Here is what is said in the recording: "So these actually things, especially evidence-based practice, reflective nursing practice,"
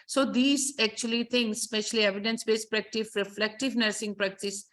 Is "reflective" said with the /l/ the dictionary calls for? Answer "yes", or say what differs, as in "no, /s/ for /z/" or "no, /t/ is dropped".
yes